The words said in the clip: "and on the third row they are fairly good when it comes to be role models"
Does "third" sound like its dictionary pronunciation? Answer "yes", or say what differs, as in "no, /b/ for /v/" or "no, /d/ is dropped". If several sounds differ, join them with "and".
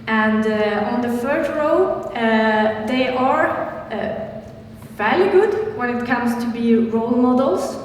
no, /f/ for /θ/